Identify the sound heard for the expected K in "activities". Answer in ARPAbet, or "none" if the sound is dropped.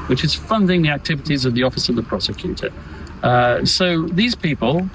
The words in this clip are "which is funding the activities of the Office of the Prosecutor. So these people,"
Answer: K